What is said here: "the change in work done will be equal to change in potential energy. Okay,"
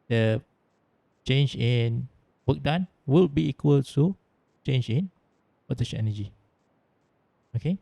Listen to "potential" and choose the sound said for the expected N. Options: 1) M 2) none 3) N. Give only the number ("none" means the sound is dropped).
2